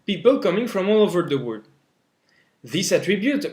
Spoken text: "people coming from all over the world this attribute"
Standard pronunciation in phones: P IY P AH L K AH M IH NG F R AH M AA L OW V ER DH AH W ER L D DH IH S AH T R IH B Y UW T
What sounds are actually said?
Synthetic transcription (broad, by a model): P IY P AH L K AH M IH NG F R AH M AA L OW V ER DH AH W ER D DH IH S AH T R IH B Y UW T